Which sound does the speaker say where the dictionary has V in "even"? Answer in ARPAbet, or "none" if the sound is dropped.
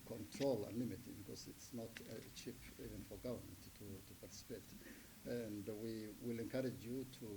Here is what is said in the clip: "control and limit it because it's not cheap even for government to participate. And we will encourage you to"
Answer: V